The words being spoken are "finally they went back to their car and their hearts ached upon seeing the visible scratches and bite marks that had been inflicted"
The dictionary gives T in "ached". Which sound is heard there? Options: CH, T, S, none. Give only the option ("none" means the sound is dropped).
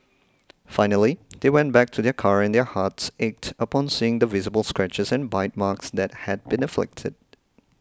T